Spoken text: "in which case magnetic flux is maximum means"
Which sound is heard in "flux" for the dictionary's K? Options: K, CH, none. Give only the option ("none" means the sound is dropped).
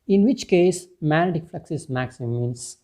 K